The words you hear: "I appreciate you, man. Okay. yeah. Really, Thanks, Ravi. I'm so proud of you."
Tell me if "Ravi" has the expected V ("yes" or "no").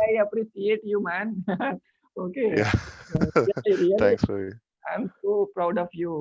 no